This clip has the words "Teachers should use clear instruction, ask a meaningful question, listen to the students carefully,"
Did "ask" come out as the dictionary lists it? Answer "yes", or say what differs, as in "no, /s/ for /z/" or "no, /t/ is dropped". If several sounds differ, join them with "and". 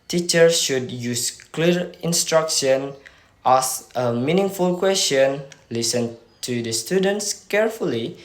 no, /k/ is dropped